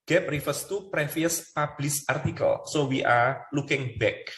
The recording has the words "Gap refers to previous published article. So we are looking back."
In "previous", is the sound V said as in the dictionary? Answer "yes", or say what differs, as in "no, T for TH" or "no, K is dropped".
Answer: no, F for V